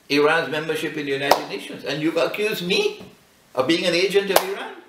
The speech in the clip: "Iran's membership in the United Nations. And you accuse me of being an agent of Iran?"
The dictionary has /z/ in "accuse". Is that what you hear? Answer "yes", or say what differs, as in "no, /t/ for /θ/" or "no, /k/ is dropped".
yes